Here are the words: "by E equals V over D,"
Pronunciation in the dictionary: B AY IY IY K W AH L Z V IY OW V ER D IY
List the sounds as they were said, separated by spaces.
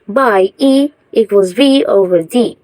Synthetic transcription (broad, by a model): B AY IY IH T W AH Z V IY OW V ER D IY